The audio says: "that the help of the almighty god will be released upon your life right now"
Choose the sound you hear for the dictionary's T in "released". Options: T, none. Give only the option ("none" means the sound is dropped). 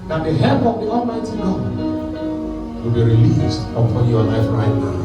T